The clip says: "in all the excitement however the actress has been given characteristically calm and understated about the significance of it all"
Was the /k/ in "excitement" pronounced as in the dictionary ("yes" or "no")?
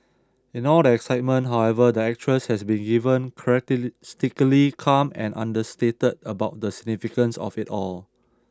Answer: yes